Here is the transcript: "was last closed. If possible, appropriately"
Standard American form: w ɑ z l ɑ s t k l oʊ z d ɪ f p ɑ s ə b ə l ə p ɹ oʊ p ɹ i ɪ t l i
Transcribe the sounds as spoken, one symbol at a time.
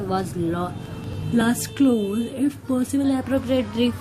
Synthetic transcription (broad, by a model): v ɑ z l ɑ s t k l oʊ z ɪ f p ɑ s ə b ə l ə p ɹ oʊ p ɹ i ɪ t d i